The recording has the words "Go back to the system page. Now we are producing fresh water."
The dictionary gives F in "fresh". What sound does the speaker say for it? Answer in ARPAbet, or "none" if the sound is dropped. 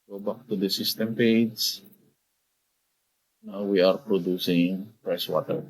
P